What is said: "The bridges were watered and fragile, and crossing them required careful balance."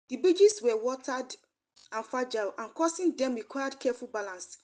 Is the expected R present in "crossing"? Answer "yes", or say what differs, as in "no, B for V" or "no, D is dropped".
no, R is dropped